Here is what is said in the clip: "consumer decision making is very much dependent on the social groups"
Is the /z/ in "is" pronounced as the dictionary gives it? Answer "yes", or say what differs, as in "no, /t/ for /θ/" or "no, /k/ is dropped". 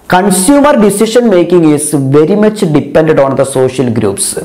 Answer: no, /s/ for /z/